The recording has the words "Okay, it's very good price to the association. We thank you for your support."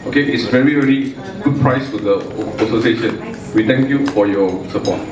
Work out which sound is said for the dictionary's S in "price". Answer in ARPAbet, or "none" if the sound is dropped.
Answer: S